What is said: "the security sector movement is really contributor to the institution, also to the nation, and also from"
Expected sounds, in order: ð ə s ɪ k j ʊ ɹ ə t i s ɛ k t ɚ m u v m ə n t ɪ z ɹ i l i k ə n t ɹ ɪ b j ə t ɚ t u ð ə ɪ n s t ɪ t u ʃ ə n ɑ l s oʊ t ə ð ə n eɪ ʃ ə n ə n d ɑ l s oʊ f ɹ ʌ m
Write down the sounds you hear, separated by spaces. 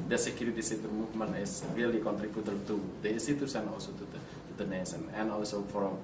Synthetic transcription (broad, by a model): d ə s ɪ k j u ɹ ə t i s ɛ t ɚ m u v m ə n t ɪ s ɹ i l i k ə n t ɹ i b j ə t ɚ t u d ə s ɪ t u s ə n ɑ l s oʊ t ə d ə n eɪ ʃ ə n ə n ɑ l s oʊ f ɹ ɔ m